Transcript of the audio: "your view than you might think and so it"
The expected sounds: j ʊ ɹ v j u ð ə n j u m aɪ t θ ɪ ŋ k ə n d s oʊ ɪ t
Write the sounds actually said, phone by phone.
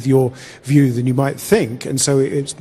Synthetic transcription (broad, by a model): j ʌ ɹ v j u ð ə n j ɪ m aɪ t θ ɪ ŋ k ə n s oʊ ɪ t